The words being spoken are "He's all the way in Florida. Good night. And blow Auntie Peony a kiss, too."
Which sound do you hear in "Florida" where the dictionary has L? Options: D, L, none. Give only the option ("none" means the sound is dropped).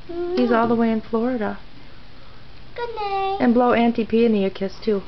L